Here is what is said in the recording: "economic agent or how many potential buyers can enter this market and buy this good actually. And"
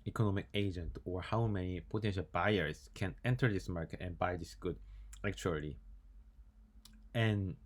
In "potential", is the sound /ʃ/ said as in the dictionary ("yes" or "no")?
yes